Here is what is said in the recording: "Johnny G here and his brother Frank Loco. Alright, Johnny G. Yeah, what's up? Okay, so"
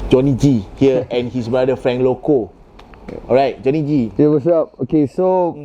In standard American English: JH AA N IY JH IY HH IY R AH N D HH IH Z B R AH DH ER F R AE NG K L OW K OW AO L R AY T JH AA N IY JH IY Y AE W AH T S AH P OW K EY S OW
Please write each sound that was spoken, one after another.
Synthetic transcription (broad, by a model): JH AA N IY JH IY HH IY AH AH N HH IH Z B R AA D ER F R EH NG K L OW K OW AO R AY T JH AA N IY JH IY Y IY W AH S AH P OW K EY S OW